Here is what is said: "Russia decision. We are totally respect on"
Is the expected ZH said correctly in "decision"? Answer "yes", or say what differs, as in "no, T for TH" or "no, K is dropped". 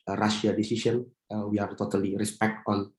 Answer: no, S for ZH